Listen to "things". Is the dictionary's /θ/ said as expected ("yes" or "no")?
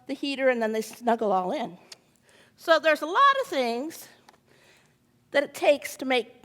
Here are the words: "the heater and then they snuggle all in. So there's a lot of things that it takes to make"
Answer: yes